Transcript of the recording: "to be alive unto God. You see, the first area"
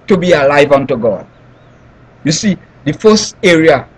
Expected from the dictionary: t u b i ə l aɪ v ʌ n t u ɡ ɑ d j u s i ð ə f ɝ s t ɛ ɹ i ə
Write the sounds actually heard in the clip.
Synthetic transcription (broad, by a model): t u b i ə l aɪ v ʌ n t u ɡ ɑ d j u s i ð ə f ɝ s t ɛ ɹ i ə